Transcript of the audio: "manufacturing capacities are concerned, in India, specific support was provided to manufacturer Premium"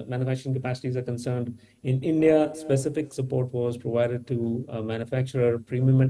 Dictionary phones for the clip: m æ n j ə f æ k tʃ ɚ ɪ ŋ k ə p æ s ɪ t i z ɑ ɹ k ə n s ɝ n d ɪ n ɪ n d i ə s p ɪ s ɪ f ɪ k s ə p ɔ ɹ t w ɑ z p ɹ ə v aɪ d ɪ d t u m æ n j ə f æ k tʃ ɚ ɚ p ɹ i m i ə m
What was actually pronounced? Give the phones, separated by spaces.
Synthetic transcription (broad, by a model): m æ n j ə f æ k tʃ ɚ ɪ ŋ k ə p æ s ɪ t i z ɑ ɹ k ə n s ɝ n d ɪ n ɪ n d i ə s p ɪ s ɪ f ɪ k s ə p ɔ ɹ t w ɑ z p ɹ ə v aɪ d ɪ d t u m æ n j ə f æ k tʃ ɚ ɚ p ɹ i m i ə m